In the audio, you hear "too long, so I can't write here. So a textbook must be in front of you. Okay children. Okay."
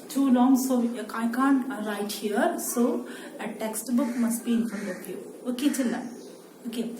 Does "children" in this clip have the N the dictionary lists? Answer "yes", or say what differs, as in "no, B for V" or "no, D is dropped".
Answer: no, N is dropped